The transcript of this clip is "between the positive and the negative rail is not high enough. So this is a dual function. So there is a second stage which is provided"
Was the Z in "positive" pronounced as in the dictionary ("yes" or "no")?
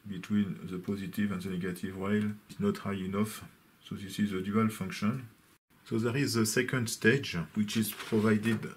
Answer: yes